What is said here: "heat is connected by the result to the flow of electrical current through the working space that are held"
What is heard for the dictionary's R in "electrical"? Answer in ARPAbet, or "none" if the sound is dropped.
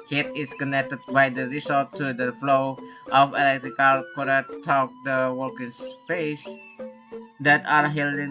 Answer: R